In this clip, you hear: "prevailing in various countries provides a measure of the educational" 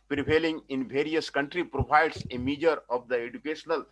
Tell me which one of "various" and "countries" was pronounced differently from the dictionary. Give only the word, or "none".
countries